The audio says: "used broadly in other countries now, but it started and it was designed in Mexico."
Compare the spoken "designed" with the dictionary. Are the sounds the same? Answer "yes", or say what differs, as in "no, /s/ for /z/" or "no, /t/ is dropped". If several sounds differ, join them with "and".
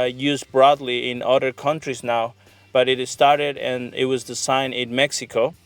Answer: no, /s/ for /z/ and /d/ is dropped